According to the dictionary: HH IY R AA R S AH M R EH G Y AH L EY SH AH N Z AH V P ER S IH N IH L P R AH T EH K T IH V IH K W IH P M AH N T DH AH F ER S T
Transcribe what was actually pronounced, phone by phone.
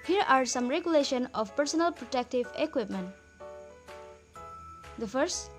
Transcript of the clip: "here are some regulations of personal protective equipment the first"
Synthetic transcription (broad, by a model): HH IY R AA R S AH M R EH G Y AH L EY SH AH N AH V P ER S IH N IH L P R AH T EH K T IH V IH K W IH P M AH N T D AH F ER S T